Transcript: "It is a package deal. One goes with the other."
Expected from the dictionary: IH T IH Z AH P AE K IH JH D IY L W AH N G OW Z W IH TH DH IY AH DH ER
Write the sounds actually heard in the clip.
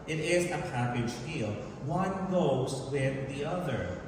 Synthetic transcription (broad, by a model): IH T IH Z AH P AE K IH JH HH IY L W AH N G OW Z W IH DH IY AH DH ER